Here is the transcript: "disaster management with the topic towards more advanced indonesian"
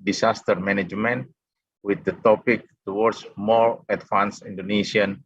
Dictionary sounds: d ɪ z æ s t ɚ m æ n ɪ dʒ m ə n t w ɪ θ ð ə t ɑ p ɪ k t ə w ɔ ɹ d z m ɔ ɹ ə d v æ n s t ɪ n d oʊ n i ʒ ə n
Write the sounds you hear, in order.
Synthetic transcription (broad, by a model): d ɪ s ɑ s t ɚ m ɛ n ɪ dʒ m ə n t w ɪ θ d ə t ɑ p ɪ k t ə w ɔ ɹ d s m ɔ ɹ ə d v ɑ n s i n d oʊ n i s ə n